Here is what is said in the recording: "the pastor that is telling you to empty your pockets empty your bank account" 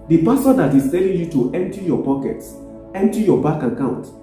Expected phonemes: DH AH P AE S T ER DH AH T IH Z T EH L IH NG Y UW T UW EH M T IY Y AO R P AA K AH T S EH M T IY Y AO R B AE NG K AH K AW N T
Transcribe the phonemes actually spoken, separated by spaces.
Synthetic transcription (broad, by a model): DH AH P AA S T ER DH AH T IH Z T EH L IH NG Y UW T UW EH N T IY Y AO P AA K AH T S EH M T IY Y AO B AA K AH K AW N T